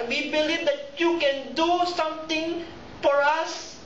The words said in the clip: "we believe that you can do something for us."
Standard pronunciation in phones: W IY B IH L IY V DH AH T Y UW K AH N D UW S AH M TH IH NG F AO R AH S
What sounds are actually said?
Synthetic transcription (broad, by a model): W IY B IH L IY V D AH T Y UW K AH N D UW S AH M T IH NG F AO R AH S